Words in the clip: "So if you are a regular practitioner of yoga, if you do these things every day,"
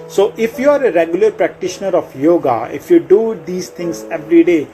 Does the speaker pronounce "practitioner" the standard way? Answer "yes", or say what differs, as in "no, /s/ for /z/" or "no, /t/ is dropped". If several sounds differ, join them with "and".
yes